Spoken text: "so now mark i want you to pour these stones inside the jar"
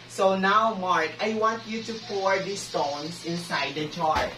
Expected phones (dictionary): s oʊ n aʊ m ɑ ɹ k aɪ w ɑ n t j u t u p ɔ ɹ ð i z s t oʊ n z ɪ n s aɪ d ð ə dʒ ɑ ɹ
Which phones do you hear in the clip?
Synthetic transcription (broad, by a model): s oʊ n aʊ m ɑ ɹ k aɪ w ɑ n t j u t u p ɔ ɹ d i s t oʊ n s ɪ n s aɪ d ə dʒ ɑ ɹ